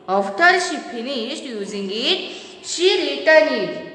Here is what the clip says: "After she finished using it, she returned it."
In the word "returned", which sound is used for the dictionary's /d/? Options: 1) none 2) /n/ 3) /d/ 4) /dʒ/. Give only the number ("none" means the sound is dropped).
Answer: 1